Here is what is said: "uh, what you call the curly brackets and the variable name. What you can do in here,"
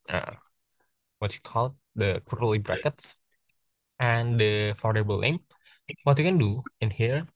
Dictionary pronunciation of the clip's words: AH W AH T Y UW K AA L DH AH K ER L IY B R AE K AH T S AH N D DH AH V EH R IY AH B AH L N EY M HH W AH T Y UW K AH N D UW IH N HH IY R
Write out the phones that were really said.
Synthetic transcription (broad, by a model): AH W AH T Y UW K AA L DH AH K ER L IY B R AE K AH T S AH N D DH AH F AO R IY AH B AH L L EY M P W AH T Y UW K AH N D UW IH N HH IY R